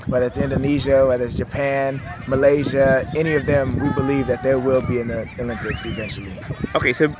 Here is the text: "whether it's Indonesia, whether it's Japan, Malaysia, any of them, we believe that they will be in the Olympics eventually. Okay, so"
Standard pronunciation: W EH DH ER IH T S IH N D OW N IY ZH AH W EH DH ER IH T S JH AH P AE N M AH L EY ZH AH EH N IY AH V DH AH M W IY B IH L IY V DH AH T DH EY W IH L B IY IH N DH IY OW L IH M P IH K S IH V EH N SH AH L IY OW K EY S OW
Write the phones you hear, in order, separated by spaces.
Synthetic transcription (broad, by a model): W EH DH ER IH T S IH N D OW N IY ZH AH W EH DH ER IH T S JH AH P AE N M AH L EY ZH AH EH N IY AH V DH AH M W IY B IH L IY V DH AH T DH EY W IH L B IY IH N DH IY OW L IH M P IH K S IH V EH N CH L IY OW K EY S OW